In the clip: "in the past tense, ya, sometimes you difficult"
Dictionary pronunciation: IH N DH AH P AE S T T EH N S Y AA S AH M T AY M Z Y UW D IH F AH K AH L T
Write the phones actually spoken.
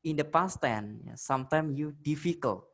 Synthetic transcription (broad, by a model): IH N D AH P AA S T T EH N Y AA S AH M T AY M Y UW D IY F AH K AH L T